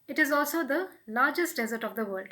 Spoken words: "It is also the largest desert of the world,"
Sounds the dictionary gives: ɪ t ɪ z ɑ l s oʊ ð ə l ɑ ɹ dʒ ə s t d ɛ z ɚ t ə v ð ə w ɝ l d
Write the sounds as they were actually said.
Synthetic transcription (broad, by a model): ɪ t ɪ z ɑ l s oʊ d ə l ɑ ɹ dʒ ə s t d ɛ z ɚ t ə v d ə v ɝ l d